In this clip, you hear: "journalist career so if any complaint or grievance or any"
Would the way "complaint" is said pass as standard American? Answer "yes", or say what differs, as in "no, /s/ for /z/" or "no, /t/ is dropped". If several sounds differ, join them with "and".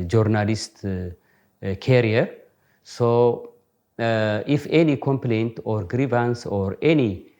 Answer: yes